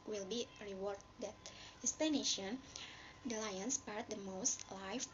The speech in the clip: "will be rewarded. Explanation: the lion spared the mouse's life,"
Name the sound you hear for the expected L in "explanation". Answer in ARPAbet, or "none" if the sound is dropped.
none